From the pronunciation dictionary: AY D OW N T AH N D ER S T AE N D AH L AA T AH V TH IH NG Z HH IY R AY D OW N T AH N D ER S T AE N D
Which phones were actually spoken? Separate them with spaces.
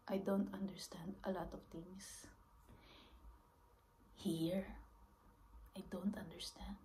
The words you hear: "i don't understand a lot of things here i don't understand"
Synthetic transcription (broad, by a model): AY D OW N T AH N D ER S T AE N D AH L AA T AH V T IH NG S HH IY R AY D OW N T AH N D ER S T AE N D